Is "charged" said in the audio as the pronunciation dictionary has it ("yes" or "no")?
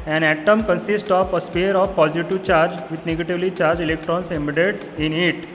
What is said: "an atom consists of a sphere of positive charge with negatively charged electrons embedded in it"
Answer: no